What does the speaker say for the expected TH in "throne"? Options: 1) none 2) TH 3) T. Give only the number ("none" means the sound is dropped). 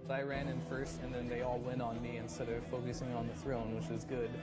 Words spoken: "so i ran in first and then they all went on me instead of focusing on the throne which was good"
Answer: 2